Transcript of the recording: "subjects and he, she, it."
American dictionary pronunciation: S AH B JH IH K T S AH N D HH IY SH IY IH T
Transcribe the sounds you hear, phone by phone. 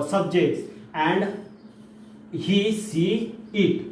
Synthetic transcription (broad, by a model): S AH B JH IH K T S AH N D HH IY S IY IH T